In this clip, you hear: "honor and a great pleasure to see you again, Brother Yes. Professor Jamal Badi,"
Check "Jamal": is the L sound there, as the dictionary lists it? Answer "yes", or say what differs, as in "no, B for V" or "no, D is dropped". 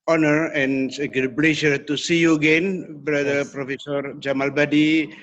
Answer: yes